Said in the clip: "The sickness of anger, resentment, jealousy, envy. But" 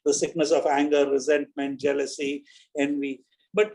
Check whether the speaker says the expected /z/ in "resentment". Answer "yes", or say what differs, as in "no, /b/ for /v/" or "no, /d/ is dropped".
yes